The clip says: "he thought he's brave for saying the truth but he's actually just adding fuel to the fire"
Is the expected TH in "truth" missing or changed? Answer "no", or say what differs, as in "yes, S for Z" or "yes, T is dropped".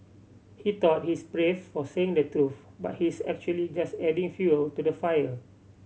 yes, F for TH